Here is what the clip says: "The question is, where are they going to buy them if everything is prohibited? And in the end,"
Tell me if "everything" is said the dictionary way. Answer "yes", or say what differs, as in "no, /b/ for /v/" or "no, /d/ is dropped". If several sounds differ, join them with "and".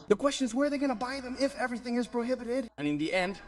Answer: yes